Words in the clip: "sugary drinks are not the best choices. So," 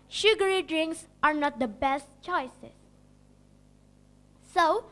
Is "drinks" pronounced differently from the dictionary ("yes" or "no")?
no